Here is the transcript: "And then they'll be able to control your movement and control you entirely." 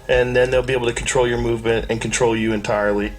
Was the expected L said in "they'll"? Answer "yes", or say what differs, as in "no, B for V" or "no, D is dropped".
yes